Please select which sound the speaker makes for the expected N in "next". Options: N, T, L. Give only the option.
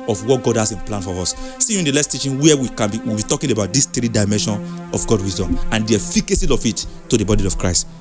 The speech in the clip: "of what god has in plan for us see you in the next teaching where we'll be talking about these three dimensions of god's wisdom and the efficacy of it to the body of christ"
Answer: L